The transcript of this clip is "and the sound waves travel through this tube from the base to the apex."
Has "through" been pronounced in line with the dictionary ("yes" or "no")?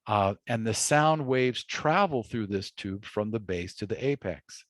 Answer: yes